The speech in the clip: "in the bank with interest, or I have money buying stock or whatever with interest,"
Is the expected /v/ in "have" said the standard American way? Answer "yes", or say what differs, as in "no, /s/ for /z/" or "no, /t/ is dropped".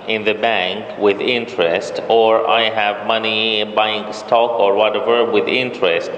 yes